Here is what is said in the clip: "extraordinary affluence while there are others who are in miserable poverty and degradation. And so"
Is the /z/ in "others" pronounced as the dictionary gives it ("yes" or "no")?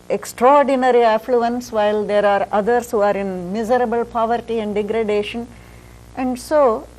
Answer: no